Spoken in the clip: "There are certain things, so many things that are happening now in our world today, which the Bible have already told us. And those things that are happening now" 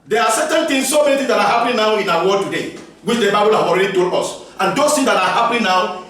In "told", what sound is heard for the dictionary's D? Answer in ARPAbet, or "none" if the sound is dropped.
none